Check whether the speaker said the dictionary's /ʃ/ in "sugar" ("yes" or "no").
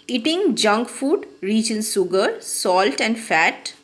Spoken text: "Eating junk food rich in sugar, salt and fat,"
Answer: no